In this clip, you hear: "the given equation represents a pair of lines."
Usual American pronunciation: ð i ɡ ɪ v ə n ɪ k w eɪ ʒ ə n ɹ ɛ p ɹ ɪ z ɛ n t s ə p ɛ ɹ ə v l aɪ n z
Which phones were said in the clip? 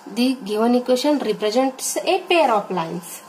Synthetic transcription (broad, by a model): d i ɡ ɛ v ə n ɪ k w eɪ ʃ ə n ɹ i p ɹ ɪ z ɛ n t s ə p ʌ ɹ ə p l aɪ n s